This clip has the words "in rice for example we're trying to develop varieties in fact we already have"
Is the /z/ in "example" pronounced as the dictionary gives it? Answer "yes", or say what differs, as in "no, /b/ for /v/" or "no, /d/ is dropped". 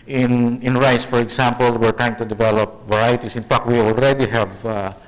no, /s/ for /z/